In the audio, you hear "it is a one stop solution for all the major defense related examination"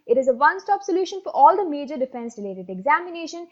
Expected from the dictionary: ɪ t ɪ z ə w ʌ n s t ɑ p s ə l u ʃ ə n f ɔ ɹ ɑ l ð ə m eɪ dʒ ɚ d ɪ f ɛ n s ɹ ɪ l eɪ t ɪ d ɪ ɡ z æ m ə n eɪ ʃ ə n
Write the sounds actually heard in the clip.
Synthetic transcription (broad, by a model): ɪ t ɪ z ə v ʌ n s t ɑ p s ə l u ʃ ə n f ɔ ɹ ɑ l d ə m eɪ dʒ ɚ d ɪ f ɛ n s ɹ ɪ l eɪ t ɪ d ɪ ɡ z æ m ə n eɪ ʃ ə n